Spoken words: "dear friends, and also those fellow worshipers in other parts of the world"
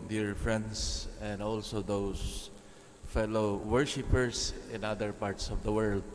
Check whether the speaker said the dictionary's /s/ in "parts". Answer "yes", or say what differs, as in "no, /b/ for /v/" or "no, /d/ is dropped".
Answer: yes